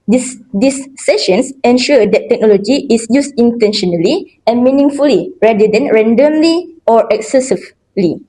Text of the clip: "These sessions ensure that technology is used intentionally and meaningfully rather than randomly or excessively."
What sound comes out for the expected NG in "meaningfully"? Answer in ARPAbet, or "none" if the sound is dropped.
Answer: NG